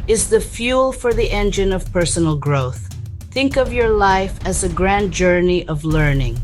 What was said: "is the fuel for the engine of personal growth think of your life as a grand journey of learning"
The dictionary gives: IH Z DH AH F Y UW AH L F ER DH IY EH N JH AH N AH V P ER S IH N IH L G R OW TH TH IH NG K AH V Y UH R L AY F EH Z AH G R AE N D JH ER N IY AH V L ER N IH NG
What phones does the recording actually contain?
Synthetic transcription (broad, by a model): IH Z DH AH F Y UW L F ER DH IY EH N JH AH N AH V P ER S N L G R OW TH TH IH NG K AH V Y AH R L AY F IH Z AH G R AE N JH ER N IY AH V L ER N IH NG